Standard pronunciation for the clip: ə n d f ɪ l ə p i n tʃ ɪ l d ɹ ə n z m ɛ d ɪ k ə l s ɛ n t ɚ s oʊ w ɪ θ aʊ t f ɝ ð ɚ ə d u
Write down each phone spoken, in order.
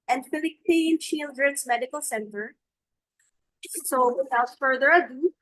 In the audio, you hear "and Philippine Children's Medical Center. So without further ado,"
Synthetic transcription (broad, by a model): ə n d f ɪ l ə p i n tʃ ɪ l d ɹ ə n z m ɛ d ɪ k ə l s ɛ n t ɚ s oʊ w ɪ s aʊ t f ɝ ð ɚ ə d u